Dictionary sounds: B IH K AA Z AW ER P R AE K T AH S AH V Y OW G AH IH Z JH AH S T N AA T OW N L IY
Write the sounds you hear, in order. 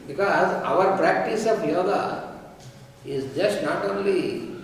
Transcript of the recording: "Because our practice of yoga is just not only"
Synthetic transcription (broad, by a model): B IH K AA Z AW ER P R AE K T AH S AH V Y OW G AH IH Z JH AH S T N AA T OW N L IY